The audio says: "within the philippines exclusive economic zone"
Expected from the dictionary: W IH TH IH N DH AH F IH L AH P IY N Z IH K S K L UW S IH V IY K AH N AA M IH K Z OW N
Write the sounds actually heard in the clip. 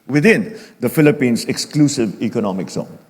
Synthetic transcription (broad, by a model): W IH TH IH N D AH F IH L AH P IY N S IH K S K L UW S IH V IY K AH N AA M IH K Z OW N